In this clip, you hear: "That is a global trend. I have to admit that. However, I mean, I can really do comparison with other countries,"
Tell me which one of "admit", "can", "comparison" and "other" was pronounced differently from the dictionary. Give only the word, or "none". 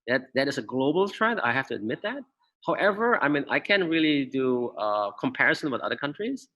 none